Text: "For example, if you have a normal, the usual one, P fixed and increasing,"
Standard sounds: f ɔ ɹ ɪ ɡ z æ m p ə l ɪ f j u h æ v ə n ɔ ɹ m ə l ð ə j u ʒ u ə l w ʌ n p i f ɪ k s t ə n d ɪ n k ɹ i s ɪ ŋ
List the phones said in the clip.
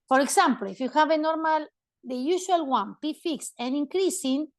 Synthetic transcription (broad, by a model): f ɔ ɹ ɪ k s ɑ m p l ɪ f j u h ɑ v ə n ɔ ɹ m ə l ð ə j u s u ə l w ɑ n p i f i k s ə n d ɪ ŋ k ɹ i s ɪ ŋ